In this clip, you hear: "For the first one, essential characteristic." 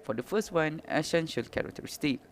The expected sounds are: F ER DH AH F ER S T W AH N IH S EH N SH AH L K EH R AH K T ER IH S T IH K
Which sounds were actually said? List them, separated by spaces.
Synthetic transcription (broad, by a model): F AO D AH F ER S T W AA N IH SH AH N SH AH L K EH R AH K T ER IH S T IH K